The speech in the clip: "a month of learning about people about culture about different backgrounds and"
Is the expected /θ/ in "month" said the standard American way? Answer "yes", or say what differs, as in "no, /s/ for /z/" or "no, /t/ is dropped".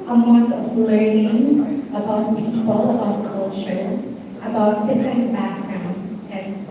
no, /t/ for /θ/